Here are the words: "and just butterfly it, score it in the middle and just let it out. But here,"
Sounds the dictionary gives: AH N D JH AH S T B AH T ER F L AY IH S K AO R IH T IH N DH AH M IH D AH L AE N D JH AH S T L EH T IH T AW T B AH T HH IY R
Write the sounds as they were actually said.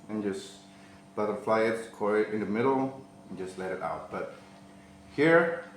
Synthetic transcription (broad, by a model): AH N JH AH S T B AH T ER F L AY IH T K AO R IH T IH N DH AH M IH D L N JH AH S T L EH T IH T AW T B AH T HH IY R